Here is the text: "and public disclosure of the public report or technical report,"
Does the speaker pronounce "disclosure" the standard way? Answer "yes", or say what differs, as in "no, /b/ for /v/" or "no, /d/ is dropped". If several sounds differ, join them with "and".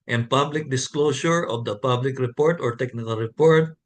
no, /s/ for /ʒ/